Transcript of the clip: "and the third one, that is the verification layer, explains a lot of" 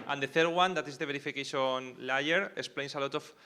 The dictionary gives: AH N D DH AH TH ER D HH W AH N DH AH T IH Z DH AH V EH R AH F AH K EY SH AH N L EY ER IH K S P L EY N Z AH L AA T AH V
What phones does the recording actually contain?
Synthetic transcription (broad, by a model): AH N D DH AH TH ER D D W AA N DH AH T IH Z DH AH B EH R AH F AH K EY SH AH N L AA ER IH K S P L EY N S AH L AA T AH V